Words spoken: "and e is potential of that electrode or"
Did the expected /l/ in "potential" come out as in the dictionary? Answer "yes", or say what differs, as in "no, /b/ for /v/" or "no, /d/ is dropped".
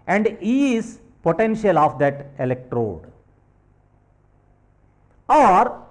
yes